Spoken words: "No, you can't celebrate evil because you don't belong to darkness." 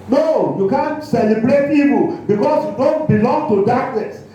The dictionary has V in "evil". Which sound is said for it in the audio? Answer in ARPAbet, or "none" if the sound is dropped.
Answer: P